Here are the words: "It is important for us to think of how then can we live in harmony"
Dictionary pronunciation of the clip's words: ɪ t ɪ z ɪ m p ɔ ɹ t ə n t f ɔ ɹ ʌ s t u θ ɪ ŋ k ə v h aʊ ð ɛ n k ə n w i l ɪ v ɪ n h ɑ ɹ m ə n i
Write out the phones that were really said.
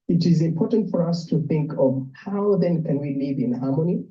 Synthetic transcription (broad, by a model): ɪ t ɪ z ɪ m p ɔ ɹ t ə n t f ɔ ɹ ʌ s t u θ ɪ ŋ k ə v h aʊ ð ɛ n k ə n w i l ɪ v ɪ n h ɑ ɹ m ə n i